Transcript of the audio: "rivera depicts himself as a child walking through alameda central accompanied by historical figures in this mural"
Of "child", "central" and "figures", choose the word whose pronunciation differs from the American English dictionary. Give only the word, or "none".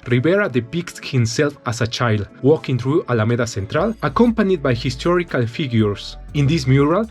figures